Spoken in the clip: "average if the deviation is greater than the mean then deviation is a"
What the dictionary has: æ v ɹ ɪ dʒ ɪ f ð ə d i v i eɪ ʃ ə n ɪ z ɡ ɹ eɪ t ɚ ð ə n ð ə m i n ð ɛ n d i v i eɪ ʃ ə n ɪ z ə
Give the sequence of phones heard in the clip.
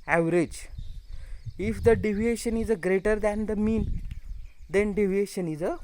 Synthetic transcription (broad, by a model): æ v ɹ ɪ dʒ ɪ f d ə d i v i eɪ ʃ ə n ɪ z ɡ ɹ eɪ t ɚ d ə n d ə m i n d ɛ n d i v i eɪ ʃ ə n ɪ z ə